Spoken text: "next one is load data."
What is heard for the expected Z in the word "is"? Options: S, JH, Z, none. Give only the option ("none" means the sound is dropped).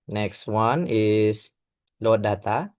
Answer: S